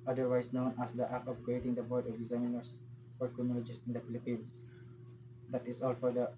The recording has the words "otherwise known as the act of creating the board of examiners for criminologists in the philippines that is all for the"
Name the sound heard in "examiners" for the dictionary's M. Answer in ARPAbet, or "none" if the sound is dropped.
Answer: none